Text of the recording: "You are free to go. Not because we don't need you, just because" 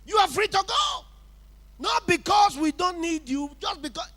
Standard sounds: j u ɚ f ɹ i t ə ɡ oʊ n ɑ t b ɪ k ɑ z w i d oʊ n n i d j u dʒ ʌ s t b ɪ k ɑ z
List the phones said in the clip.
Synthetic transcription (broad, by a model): j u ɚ f ɹ i t ə ɡ oʊ n ɑ t b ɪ k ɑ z w i d oʊ n n i d j u dʒ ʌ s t b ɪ k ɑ